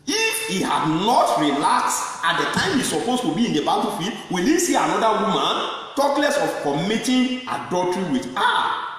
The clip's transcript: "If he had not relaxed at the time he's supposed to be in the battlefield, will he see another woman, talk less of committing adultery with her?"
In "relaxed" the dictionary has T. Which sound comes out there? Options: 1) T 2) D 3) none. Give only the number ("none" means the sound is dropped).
3